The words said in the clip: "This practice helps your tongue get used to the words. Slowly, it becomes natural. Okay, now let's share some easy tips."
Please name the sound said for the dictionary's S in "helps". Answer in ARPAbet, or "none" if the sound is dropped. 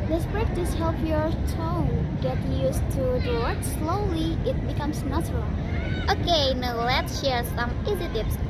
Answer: none